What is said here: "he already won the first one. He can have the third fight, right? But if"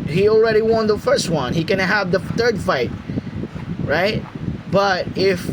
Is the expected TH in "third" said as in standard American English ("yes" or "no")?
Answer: yes